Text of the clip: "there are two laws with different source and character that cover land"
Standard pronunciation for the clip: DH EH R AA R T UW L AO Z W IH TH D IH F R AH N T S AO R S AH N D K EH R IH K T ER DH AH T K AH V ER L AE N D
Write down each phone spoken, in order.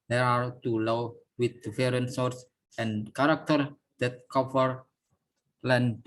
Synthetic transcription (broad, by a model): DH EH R AA R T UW L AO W W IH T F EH R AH N S AO R S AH N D K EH R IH K T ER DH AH T K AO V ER L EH N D